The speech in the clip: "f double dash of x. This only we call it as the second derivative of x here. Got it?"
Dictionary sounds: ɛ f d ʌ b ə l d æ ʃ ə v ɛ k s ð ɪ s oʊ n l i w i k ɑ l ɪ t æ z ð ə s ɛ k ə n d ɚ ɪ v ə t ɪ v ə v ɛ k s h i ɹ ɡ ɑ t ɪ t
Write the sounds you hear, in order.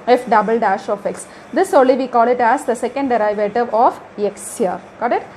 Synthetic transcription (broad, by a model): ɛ f d ʌ b ə l d æ ʃ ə f ɛ k s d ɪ s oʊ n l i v i k ɑ l ɪ t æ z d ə s ɛ k ə n d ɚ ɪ v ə t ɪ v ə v ɛ k s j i ɹ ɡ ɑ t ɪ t